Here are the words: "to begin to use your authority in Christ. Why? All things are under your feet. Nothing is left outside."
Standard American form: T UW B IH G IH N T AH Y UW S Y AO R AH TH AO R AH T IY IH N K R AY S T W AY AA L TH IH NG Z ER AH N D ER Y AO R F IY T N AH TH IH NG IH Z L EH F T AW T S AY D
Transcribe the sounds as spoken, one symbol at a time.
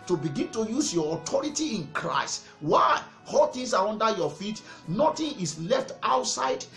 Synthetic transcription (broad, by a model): T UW B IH G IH N T AH Y UW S Y AO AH T AO R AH T IY IH N K R AY S T W AY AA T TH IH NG S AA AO N D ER Y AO F IY T N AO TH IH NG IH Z L EH F T AW T S AY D